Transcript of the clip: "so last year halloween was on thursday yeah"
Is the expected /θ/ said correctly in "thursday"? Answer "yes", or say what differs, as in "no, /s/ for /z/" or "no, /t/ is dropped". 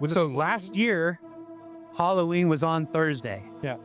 yes